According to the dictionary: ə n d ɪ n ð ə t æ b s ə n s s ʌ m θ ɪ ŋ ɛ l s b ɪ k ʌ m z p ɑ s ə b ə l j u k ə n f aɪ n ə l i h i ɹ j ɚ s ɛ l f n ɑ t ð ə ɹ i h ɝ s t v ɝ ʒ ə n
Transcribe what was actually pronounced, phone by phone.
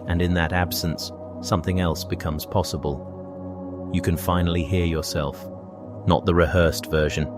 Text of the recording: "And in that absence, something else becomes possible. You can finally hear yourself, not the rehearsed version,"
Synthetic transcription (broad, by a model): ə n ɪ n ð ə t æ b s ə n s s ʌ m θ ɪ ŋ ɛ l s b ɪ k ʌ m z p ɑ s ə b ə l j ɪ k ə n f aɪ n l i h i ɹ j ɚ s ɛ l f n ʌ t ð ə ɹ i h ɝ s t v ɝ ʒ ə n